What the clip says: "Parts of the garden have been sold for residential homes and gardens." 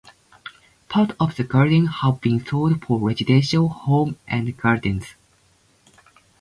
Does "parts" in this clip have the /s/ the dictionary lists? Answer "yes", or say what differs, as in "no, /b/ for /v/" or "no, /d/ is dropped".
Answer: no, /s/ is dropped